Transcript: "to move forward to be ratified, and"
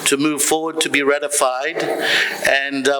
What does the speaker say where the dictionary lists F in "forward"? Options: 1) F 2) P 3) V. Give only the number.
1